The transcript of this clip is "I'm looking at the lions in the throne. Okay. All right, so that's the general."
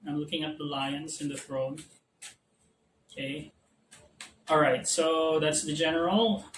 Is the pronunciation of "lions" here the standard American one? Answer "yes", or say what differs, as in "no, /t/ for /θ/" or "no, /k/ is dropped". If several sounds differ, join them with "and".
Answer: no, /s/ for /z/